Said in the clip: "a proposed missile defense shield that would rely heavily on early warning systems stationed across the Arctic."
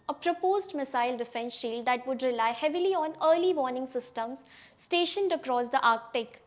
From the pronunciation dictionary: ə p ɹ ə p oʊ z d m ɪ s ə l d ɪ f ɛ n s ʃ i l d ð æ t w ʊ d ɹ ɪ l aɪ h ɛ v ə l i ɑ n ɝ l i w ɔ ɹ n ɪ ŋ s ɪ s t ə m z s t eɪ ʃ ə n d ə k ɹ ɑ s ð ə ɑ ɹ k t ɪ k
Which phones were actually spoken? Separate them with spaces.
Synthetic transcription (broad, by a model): ə p ɹ ə p oʊ z d m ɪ s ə l d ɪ f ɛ n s ʃ i l d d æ t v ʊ d ɹ ɪ l aɪ h ɛ v ə l i ɑ n ɝ l i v ɔ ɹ n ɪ ŋ s ɪ s t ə m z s t eɪ ʃ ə n d ə k ɹ ɑ s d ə ɑ ɹ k t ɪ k